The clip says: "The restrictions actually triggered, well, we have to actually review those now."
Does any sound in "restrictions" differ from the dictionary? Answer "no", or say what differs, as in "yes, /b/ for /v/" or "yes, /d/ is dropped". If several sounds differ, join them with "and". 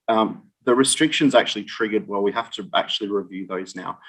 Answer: no